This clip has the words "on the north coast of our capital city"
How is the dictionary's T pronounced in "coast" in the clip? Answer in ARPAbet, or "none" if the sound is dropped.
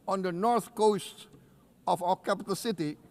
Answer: T